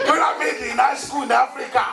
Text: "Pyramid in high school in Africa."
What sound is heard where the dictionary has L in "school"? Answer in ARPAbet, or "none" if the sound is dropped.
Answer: N